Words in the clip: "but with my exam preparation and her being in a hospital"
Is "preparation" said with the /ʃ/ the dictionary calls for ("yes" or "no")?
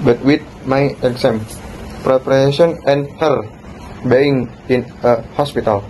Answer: no